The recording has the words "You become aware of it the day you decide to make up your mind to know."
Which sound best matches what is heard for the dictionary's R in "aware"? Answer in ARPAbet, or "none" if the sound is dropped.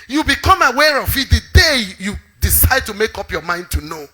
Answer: R